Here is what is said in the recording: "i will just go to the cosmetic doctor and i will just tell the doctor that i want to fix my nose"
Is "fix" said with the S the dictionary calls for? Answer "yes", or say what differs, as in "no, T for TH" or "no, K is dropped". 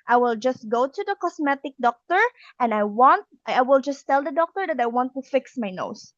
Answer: yes